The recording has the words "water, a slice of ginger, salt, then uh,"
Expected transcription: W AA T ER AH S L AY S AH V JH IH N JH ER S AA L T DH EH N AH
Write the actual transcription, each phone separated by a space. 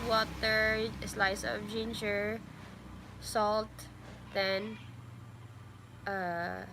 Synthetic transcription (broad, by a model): W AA T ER S L AY S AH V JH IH N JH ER S AA L T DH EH N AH